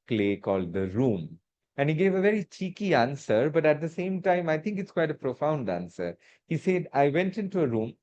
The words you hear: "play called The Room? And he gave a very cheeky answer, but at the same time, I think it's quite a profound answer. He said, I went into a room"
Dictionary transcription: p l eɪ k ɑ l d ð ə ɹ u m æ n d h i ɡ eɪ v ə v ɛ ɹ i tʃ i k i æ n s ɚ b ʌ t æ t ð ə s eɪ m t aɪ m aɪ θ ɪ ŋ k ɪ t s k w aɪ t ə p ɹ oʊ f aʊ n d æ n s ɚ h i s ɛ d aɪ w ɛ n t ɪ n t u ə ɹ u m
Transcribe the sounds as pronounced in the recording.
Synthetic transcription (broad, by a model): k l eɪ k ɑ l d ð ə ɹ u m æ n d h i ɡ eɪ v ə v ɛ ɹ i tʃ i k i æ n s ɚ b ʌ t æ t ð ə s eɪ m t aɪ m aɪ t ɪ ŋ k ɪ t s k w aɪ t ə p ɹ oʊ f aʊ n d æ n s ɚ h i s ɛ d aɪ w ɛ n t ɪ n t u ə ɹ u m